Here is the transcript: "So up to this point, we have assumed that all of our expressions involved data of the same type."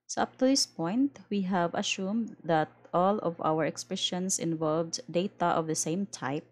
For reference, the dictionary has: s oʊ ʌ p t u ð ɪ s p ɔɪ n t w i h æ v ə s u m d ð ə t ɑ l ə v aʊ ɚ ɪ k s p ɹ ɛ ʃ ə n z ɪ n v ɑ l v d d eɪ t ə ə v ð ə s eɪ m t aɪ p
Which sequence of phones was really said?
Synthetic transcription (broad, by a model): s oʊ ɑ p t u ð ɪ s p ɔɪ n t w i h æ v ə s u m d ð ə t ɑ l ə v aʊ ɚ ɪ k s p ɹ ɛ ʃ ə n s ɪ n v ɑ l v d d eɪ t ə ə v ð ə s eɪ m t aɪ p